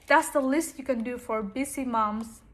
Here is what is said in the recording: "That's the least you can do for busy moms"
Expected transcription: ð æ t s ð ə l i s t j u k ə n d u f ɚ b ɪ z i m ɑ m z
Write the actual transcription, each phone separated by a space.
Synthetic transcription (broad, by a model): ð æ t s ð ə l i s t j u k ə n d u f ɚ b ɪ s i m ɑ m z